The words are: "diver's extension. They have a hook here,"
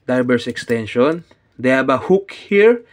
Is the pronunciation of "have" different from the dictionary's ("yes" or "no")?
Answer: yes